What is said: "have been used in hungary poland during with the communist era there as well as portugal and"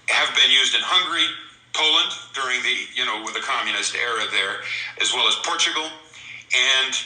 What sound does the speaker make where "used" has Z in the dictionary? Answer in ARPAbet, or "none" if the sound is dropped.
Z